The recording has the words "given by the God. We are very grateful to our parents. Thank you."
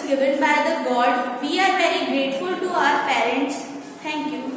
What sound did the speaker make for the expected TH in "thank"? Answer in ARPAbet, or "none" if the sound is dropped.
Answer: T